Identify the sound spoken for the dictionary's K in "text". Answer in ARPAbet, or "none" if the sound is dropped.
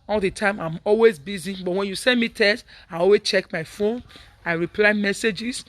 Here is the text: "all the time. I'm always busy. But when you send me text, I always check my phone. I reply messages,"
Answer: none